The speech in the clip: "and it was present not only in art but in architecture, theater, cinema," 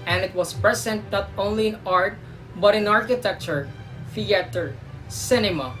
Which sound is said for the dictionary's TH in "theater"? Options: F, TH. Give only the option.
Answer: F